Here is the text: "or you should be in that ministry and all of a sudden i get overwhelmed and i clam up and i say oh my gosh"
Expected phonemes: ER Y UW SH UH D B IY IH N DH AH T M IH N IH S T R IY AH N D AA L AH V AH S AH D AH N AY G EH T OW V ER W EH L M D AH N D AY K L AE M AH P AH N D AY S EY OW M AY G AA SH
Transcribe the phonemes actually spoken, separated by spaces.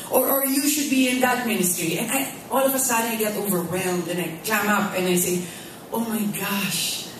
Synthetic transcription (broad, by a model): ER Y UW SH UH D B IY IH N DH AH T M IH N IH S T R IY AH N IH AA L AH V AH S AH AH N AY G EH T OW V ER W EH L M D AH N AY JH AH M AH P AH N AY S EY OW M AY G AA SH